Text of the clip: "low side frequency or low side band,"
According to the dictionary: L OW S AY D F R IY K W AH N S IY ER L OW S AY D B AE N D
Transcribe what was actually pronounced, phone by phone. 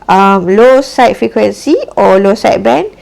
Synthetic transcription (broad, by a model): L OW S AY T F R IY K W AH N S IY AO L OW S AY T B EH N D